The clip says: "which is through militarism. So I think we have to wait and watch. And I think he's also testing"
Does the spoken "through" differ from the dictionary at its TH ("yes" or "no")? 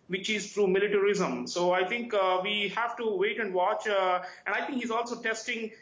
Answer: yes